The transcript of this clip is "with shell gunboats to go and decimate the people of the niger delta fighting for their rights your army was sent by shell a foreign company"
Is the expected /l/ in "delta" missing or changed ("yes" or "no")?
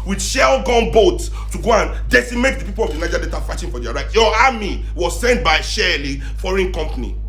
yes